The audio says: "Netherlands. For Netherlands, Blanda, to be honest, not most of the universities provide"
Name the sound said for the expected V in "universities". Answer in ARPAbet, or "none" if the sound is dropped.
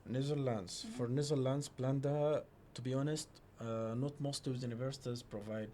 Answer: V